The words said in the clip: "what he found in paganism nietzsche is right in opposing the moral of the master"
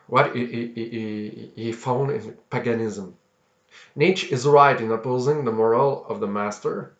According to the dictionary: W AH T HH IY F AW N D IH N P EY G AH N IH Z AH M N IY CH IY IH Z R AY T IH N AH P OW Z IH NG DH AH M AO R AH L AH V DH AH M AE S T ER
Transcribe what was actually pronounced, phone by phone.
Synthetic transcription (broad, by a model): W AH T HH IY F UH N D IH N P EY G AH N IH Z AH M N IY CH IH Z R AY T IH N AH P OW Z IH NG DH AH M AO R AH L AH V DH AH M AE S T ER